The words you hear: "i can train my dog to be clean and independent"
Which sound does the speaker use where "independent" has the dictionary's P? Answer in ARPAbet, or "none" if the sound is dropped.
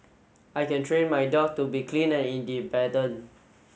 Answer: B